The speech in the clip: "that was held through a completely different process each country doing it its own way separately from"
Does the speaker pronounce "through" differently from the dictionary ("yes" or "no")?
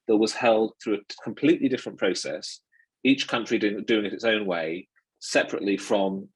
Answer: no